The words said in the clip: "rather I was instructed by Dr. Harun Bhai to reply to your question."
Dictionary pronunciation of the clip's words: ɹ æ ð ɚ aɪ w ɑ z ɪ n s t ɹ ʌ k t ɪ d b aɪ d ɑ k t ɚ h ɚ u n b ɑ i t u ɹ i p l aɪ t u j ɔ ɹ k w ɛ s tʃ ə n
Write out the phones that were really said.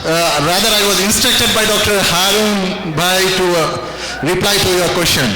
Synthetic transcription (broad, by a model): ɹ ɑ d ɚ aɪ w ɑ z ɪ n s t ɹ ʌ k t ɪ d b aɪ d ɑ k t ɚ h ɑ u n b ɑ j t u ɹ i p l aɪ t u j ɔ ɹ k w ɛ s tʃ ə n